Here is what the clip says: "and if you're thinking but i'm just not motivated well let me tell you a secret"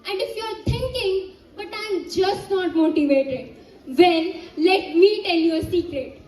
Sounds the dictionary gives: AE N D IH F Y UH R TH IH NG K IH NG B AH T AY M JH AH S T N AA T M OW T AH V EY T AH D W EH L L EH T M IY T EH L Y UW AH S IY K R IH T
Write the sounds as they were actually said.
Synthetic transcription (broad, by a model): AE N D IH F Y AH R T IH NG K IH NG B AH T AY M JH AH S T N AA T M OW T AH V EY T AH D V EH N L EH T M IY T EH L Y UW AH S IY K R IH T